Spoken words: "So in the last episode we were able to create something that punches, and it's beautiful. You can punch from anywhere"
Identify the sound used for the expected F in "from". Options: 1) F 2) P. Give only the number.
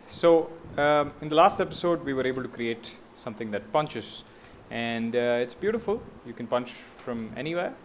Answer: 1